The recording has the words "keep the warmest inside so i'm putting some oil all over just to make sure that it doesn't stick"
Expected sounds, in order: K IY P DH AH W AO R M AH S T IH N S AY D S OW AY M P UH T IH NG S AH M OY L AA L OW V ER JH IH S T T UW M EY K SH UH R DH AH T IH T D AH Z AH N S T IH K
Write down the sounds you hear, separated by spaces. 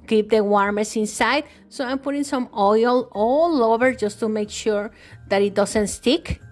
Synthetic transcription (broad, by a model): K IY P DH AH W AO R M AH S IH N S AY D S OW AY M P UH T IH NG S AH M OY L AA L OW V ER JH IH S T T UW M EY K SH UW R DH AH T IH T D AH S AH N S T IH K